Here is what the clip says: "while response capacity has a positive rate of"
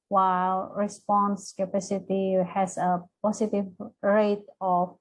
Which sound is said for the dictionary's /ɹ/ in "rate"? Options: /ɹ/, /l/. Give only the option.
/ɹ/